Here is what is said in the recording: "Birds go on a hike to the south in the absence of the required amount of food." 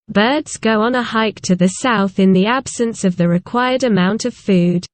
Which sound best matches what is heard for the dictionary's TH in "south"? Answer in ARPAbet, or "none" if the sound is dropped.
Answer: TH